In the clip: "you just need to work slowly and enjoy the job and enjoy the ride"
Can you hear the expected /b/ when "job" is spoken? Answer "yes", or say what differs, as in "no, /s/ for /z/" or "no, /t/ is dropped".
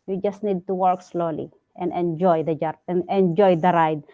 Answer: no, /b/ is dropped